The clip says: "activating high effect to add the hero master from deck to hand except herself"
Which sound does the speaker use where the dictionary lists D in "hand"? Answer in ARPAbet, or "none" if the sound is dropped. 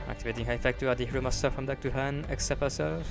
none